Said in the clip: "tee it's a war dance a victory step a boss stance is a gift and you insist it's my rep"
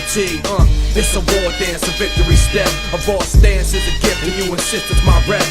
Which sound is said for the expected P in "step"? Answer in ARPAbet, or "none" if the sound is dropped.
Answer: none